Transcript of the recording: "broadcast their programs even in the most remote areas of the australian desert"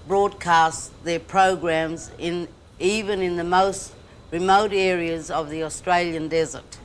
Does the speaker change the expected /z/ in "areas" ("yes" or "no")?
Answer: no